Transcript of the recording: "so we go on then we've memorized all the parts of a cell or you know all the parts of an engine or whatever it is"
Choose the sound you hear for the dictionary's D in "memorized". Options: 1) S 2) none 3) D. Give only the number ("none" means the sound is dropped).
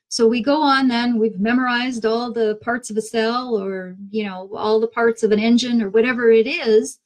3